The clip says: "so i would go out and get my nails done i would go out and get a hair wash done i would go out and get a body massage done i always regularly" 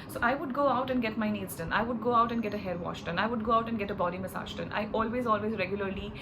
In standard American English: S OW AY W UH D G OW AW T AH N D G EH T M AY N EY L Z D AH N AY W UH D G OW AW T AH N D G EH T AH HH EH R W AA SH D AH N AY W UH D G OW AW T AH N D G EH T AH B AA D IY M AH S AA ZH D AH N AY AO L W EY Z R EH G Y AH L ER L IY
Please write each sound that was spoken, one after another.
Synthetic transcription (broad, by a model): S OW AY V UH D G OW AW T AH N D G EH T M AY N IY Z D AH N AY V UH D G OW AW T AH N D G EH T AH HH EH R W AA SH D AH N AY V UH D G OW AW T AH N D G EH T AH B AA D IY M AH S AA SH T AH N AY AO L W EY Z R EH G Y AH L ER L IY